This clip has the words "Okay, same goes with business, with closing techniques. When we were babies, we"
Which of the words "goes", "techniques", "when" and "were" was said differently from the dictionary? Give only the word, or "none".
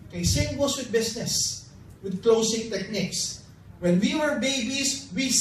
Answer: goes